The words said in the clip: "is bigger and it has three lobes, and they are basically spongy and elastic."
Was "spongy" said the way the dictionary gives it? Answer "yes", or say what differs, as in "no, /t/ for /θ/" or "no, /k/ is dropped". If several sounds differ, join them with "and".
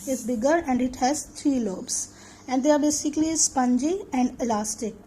yes